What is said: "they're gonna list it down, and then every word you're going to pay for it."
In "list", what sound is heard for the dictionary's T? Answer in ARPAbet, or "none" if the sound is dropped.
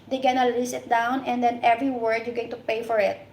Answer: none